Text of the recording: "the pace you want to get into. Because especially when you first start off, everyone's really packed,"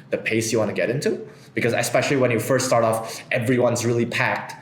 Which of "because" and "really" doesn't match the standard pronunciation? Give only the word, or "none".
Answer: none